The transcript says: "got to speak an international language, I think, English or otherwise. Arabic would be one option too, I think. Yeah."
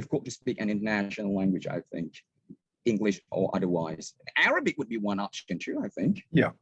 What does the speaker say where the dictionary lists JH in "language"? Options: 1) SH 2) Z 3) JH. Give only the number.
3